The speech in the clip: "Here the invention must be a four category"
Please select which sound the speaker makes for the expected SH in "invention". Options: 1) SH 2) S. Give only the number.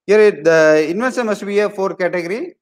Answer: 2